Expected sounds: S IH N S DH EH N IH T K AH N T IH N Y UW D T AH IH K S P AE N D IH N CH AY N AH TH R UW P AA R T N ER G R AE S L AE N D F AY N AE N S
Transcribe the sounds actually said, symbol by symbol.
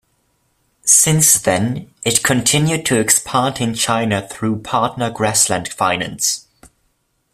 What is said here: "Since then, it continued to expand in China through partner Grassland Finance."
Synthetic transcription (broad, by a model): S IH N S DH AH N IH T K AH N T IH N Y UW D T AH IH K S P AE N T IH N CH AY N AH TH R UW P AA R T N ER G R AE S L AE N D F AY N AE N S